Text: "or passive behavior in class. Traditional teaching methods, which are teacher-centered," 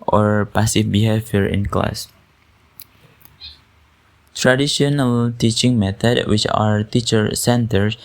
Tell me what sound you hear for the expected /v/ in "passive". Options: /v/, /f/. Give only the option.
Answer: /f/